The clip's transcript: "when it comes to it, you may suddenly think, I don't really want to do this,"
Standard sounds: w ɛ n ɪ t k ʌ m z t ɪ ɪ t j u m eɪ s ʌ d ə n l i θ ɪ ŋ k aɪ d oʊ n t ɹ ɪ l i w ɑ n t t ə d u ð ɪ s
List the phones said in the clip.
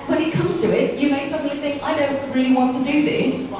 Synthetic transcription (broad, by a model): w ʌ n ɪ t k ʌ m z t ɪ ɪ t j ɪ m eɪ s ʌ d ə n l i θ ɪ ŋ k aɪ d oʊ n t ɹ ɪ l i w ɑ n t t ə d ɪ ð ɪ s